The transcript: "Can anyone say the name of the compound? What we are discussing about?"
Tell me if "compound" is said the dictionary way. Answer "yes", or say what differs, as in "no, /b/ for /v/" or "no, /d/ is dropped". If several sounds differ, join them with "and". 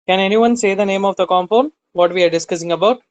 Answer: no, /f/ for /p/